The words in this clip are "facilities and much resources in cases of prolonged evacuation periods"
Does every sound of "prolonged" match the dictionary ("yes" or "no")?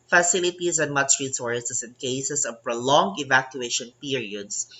no